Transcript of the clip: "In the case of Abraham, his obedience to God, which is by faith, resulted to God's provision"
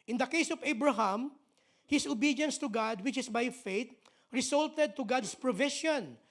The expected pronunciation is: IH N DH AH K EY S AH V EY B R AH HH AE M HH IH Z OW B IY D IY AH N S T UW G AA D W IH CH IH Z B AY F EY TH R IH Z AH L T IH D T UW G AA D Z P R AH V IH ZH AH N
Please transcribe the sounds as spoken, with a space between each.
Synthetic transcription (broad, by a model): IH N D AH K EY S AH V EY B R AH HH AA M HH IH S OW B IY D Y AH N S T UW G AA D W IH CH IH S B AY F EY T R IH S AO L T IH D T UW G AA D S P R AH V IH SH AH N